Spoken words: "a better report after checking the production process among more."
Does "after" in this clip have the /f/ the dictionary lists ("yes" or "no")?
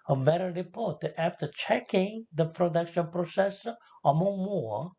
yes